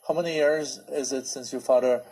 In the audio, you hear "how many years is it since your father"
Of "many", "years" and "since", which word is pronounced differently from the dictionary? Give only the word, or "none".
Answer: none